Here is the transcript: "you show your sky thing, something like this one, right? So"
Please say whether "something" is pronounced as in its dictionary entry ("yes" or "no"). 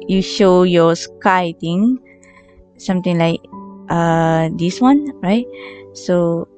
no